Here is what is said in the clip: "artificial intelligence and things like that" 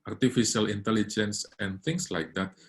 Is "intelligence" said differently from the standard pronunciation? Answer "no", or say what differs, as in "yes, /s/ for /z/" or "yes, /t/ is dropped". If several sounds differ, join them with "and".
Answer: no